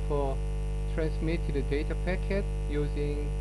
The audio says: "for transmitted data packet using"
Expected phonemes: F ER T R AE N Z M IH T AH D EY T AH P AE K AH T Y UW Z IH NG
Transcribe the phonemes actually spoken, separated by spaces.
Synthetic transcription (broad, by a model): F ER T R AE N S M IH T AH D EY T AH P AE K AH T Y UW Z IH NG